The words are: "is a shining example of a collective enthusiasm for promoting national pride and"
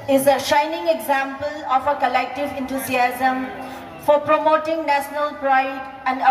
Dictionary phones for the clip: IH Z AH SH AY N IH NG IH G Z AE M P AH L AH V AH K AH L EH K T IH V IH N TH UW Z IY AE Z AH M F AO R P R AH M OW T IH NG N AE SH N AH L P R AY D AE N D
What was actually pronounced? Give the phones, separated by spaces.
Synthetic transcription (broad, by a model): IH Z AH SH AY N IH NG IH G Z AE M P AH L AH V AH K AH L EH K T IH V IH N T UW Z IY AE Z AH M F AO R P R AH M OW T IH NG N AE SH N AH L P R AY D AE N D